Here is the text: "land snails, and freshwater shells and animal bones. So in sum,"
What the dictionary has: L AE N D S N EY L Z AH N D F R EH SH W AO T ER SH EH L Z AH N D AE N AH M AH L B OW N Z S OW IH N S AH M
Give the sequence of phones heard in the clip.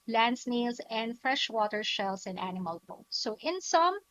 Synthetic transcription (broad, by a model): L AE N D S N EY L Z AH N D F R EH SH W AO T ER SH EH L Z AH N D AE N AH M AH L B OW S OW IH N S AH M